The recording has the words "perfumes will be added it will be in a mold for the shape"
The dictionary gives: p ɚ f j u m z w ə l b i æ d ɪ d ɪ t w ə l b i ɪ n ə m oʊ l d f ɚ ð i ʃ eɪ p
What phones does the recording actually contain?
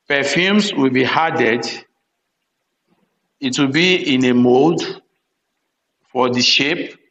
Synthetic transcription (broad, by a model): p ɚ f j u m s w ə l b i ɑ d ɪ d ɪ t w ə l b i ɪ n ə m oʊ d f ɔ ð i ʃ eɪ p